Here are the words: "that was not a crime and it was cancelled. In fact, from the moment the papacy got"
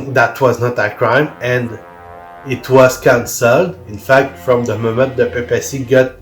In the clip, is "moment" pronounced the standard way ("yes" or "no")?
yes